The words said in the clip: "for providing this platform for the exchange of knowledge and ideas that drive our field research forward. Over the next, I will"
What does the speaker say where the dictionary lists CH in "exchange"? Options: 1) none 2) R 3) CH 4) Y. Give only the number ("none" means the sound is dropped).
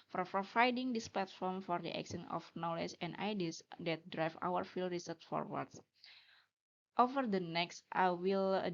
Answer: 1